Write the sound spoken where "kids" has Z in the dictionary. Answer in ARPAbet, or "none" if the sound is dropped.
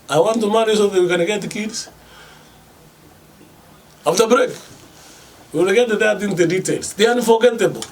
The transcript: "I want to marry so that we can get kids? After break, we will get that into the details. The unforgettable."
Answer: S